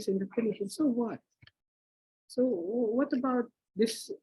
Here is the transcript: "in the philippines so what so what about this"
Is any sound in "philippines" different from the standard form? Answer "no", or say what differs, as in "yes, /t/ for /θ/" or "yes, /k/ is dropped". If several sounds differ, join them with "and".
yes, /n/ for /l/